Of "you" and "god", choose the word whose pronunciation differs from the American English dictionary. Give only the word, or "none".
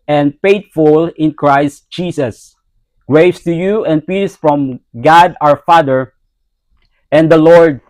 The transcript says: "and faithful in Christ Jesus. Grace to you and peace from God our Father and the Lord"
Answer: none